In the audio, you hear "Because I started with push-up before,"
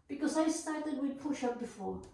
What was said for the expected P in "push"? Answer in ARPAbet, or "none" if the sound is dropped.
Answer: P